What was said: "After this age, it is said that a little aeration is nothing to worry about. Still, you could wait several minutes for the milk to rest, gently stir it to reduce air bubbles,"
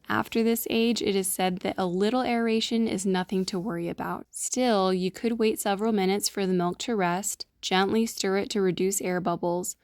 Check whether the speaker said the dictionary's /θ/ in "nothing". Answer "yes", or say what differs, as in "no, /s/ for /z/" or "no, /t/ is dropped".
yes